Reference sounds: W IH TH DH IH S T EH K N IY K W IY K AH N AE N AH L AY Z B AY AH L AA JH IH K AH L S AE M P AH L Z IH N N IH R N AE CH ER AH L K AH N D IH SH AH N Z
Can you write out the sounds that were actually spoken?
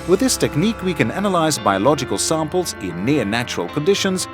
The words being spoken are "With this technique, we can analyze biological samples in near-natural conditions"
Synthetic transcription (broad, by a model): W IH DH IH S T EH K N IY K W IY K AH N AE N AH L AY Z B AY AH L AA JH IH K AH L S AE M P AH L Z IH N N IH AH N AE CH ER AH L K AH N D IH SH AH N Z